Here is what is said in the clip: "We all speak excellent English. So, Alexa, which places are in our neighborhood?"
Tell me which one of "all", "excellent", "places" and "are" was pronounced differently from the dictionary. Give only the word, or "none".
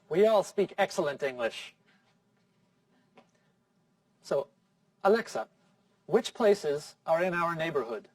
none